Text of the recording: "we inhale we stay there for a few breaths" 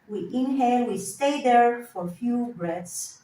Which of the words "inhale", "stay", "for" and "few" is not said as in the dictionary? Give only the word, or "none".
inhale